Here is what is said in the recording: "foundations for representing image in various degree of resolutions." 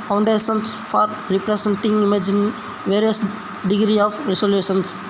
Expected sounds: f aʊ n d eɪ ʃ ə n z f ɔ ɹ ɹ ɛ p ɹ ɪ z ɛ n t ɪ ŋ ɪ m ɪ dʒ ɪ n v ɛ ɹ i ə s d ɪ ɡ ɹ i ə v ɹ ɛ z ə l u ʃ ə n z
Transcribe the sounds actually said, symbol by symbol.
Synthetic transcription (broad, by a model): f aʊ n d eɪ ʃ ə n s f ɔ ɹ ɹ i p ɹ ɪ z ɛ n t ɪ ŋ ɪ m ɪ dʒ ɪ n v ɛ ɹ i ə s d ɪ ɡ ɹ i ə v ɹ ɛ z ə l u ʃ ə n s